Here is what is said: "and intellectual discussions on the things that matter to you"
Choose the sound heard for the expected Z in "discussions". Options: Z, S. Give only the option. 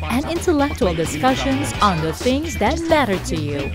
Z